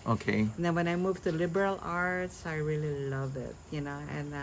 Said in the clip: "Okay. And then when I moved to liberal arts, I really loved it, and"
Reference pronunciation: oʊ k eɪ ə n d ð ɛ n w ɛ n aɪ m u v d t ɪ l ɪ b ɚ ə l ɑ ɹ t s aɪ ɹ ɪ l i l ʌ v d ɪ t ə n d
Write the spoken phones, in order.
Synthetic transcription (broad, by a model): oʊ k eɪ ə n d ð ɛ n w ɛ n aɪ m u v t ɪ l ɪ b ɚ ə l ɑ ɹ t s aɪ ɹ ɪ l i l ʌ v ɪ t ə n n